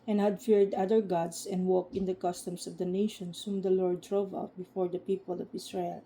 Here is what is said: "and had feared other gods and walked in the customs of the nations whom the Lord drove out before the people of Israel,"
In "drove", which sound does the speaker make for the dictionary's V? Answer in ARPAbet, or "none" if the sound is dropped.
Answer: V